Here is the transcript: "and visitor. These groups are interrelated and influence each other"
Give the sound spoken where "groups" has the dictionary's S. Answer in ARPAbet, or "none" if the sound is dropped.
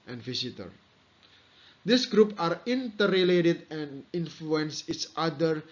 none